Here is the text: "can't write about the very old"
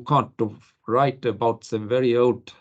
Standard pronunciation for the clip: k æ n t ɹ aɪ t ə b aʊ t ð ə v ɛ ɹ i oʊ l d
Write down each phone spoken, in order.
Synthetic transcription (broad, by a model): k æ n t ɹ aɪ t ə b aʊ t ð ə v ɛ ɹ i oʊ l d